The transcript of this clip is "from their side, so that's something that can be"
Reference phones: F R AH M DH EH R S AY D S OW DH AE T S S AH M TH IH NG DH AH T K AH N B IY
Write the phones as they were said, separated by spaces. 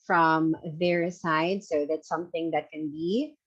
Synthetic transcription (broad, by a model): F R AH M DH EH R S AY D S OW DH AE T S S AH M TH IH NG DH AH T K AH N B IY